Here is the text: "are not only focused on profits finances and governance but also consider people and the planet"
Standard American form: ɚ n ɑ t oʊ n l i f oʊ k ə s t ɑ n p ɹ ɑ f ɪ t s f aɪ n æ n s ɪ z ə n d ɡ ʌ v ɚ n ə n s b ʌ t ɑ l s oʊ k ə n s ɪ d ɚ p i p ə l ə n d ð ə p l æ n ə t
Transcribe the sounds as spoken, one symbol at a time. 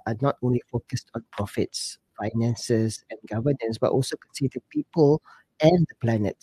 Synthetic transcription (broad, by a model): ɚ n ɑ t oʊ n l i f oʊ k ə s t ɑ n p ɹ ɑ f ɪ t s f aɪ n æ n s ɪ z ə n ɡ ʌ v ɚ n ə n s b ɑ t ɑ l s oʊ k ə n s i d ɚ p i p ə l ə n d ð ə p l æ n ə t